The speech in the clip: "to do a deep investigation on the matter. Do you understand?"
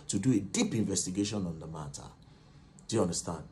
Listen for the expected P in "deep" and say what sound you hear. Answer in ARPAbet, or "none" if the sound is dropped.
P